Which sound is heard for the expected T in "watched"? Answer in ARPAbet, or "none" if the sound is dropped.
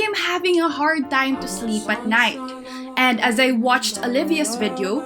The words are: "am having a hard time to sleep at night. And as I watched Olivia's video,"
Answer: T